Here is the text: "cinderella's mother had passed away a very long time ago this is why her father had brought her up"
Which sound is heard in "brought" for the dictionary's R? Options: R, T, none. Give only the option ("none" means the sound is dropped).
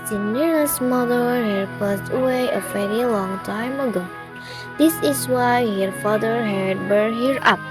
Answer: none